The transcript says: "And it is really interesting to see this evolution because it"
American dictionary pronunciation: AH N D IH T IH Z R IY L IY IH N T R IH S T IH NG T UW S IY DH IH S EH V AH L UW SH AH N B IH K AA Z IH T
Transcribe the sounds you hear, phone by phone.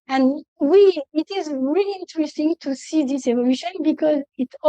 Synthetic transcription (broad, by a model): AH N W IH T IH Z R IY L IY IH N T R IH S T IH NG T UW S IY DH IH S EH V AH L UW SH AH N B IH K AA Z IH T